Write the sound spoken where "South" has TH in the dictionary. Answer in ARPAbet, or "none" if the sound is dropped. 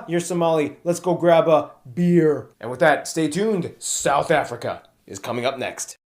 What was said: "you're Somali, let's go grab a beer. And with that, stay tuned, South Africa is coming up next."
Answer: TH